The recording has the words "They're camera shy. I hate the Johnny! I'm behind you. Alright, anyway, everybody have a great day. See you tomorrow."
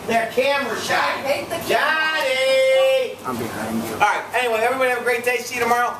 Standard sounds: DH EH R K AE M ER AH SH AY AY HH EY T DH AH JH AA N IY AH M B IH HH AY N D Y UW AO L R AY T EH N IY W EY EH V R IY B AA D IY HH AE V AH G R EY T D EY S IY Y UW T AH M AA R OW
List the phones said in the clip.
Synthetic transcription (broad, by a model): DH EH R K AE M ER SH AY AY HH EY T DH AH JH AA IY AH M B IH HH AY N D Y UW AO R AY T EH N IY W EY EH V R IY B AA D IY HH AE V AH G R EY T D EY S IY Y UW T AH M AA R OW